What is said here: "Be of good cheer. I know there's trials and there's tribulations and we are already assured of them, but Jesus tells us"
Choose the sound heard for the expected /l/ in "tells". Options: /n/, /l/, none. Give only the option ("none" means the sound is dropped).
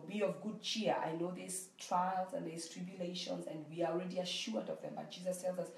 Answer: /l/